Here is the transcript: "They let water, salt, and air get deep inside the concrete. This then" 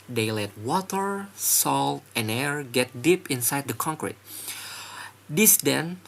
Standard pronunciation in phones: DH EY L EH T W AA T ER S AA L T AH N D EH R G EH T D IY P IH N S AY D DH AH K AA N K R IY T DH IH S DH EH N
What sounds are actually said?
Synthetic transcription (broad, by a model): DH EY L EH T W AA T ER S AA L T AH N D EH R G EH T D IY P IH N S AY D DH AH K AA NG K R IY T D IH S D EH N